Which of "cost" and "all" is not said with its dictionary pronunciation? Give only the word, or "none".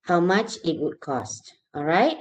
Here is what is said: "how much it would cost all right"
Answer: none